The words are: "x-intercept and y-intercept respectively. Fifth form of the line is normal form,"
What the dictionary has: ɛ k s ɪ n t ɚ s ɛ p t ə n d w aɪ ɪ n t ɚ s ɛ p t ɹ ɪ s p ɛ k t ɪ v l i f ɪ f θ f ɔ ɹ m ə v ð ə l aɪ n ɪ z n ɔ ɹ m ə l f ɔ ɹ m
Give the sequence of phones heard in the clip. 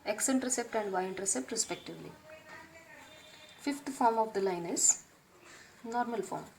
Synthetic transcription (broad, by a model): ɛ k s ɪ n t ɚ s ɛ p t ə n d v aɪ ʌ n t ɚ s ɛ p t ɹ ɪ s p ɛ k t ɪ v l i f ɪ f t f ɔ ɹ m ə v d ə l aɪ n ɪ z n ɔ ɹ m ə l f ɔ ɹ m